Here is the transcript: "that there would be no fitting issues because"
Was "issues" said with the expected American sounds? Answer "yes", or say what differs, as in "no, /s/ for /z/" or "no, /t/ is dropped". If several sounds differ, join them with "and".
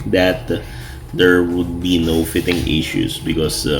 no, /s/ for /z/